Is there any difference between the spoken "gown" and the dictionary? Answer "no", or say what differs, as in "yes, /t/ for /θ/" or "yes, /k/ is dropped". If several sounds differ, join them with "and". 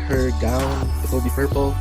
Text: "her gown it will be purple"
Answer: yes, /n/ is dropped